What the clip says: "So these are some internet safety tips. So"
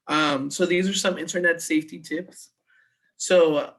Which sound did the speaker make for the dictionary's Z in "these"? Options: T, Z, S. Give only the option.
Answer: Z